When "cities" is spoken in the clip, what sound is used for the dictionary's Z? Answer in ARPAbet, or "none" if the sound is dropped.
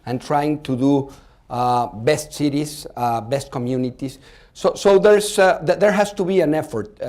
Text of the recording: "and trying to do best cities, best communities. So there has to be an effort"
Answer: S